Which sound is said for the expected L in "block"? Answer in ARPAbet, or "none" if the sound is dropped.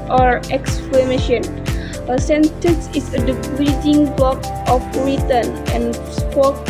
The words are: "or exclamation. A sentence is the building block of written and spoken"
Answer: L